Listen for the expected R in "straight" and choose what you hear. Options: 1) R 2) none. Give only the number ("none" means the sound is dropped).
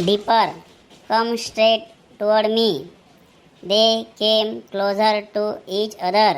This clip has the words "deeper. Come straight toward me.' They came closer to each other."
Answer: 1